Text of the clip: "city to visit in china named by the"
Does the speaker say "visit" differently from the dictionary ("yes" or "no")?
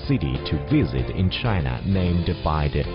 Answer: no